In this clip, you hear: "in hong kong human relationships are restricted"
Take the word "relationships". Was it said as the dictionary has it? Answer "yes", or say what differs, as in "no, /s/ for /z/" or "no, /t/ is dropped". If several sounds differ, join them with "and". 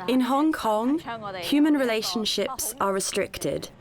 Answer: yes